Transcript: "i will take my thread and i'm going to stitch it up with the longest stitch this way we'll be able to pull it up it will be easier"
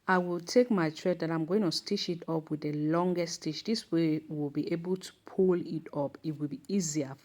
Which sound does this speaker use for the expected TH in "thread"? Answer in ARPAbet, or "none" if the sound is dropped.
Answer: T